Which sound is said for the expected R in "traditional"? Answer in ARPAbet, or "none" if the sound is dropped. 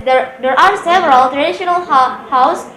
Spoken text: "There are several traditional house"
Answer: R